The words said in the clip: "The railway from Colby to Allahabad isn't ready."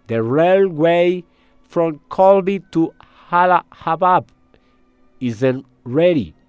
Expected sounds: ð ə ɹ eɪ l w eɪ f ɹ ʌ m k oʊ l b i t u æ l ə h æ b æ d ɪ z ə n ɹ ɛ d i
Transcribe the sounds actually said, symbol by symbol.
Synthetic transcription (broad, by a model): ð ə ɹ eɪ l w eɪ f ɹ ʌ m k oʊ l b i t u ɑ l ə h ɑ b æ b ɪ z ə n ɹ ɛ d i